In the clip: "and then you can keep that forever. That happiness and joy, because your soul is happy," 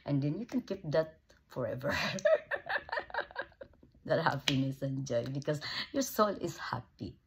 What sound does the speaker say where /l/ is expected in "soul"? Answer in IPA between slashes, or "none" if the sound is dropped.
/l/